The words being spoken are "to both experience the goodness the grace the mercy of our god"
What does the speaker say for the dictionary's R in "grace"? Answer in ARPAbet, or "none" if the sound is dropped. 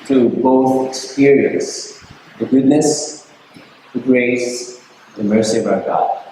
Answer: R